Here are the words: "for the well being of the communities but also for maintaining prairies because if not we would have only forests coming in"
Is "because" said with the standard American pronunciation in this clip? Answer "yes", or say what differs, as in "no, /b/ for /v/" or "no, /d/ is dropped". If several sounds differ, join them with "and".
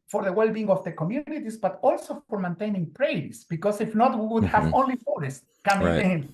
no, /s/ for /z/